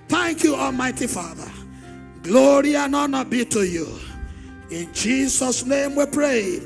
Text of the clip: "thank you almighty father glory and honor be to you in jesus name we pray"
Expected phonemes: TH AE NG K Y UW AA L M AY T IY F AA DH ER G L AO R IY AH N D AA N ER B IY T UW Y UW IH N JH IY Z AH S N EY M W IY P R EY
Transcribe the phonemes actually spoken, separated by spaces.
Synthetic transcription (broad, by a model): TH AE NG K Y UW AA L M AY T IY F AA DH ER G L AO R IY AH N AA N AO B IY T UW Y UW IH N JH IY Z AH S N EY M W IY P R EY